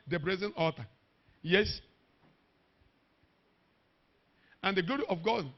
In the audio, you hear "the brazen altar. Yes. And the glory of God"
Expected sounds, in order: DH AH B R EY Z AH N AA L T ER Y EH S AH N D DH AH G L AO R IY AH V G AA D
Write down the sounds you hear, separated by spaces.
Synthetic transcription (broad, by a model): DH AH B R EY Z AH N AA T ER Y EH S AH N D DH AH G L AO R IY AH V G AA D